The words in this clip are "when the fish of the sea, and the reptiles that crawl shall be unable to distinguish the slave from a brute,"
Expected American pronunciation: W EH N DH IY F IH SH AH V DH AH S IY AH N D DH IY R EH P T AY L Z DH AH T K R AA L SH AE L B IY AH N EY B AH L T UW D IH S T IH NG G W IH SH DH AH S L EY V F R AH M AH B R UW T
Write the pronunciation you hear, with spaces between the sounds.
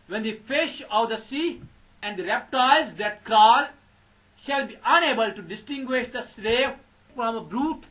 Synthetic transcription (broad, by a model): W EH N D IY F IH SH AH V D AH S IY AH N D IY R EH P T AY Z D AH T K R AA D SH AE L B IY AH N EY B AH L T UW D IH S T IH NG G W IH SH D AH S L EY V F R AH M AH B R UW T